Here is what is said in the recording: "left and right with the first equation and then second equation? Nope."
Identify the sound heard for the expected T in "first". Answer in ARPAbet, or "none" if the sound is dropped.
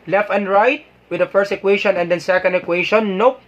T